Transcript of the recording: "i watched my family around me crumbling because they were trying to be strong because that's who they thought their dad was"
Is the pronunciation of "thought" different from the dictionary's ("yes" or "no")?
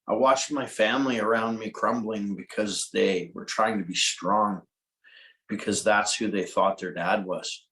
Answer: no